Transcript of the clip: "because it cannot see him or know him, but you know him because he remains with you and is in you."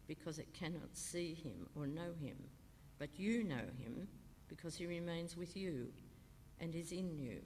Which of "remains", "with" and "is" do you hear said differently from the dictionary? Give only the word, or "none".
none